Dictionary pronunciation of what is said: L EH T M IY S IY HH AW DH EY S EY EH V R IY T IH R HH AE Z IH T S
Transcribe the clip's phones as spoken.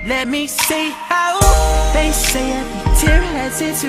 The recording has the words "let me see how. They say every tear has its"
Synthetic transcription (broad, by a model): L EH T M IY S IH HH AW DH EY S EY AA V IY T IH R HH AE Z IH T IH